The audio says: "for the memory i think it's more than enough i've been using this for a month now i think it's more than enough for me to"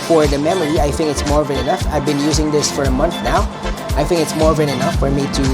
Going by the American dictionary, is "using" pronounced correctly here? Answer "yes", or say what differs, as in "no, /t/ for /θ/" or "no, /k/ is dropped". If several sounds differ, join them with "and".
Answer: yes